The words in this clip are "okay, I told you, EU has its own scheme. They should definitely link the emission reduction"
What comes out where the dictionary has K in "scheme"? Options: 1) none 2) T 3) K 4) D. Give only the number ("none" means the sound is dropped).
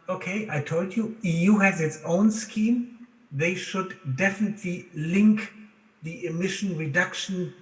3